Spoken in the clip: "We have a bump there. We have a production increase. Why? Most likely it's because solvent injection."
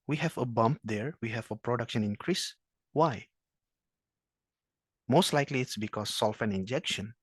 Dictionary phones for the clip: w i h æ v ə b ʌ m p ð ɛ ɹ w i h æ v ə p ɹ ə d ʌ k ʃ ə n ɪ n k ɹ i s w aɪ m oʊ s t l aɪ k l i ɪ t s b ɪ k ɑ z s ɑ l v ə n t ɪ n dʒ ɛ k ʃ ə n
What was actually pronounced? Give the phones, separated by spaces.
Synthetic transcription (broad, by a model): w i h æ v ə b ʌ m p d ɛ ɹ w i h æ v ə p ɹ ə d ʌ k ʃ ə n ɪ n k ɹ i s w aɪ m oʊ s t l aɪ k l i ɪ t s b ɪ k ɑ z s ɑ l f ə n ɪ n dʒ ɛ k ʃ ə n